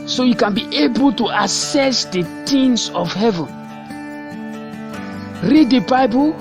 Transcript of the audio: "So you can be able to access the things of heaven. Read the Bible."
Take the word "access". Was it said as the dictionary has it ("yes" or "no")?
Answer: no